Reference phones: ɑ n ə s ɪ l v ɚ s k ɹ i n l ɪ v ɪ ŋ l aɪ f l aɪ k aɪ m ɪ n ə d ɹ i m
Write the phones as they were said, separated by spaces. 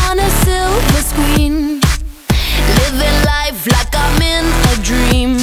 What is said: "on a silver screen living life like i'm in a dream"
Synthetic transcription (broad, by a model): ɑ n ə s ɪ l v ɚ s k w i n l ɪ v ɪ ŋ l aɪ f l aɪ k aɪ m ɪ n ə d ɹ i m